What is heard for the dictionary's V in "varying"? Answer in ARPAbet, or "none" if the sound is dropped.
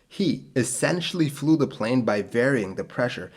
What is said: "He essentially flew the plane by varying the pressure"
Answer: V